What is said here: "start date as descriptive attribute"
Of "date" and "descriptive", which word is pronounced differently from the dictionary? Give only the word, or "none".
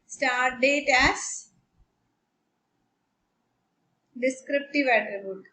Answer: none